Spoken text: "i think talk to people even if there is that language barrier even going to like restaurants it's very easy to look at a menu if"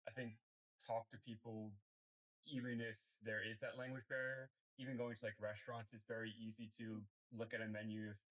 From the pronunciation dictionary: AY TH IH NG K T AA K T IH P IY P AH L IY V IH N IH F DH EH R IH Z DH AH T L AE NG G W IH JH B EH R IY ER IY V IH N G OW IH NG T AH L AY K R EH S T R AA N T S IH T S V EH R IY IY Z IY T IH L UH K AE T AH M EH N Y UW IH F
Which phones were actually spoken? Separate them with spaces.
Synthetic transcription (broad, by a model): AY TH IH NG K T AA K T IH P IY P L IY V IH N IH F DH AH R IH Z DH AH T L AE NG G W IH JH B EH R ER IY V IH N G OW IH NG T AH L AY K R EH S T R AA N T S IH T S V EH R IY IY Z IY T IH L UH K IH T AH M EH N Y UW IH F